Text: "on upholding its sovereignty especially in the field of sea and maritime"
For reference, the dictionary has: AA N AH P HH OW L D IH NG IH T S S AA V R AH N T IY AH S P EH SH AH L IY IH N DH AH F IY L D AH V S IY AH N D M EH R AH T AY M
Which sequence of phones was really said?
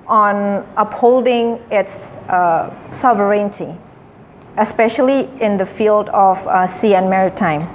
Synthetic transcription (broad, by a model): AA N AH P HH OW L D IH NG IH T S S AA V R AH N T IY AH S P EH SH AH L IY IH N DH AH F IY L D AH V S IY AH N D M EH R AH T AY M